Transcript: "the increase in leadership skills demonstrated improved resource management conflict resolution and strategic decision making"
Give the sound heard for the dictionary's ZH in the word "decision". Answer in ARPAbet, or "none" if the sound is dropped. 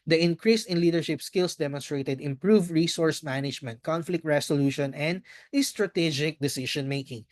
SH